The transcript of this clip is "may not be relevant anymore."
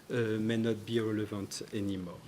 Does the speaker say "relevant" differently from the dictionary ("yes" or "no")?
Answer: yes